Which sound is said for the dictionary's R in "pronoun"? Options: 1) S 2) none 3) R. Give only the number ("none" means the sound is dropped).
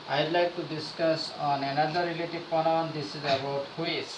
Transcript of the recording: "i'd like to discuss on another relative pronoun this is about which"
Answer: 2